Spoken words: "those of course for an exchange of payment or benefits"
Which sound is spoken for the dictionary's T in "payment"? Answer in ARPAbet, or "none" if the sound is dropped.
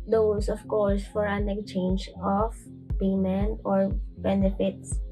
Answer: none